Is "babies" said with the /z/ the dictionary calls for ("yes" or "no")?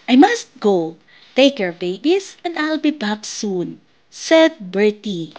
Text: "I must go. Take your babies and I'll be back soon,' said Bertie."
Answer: no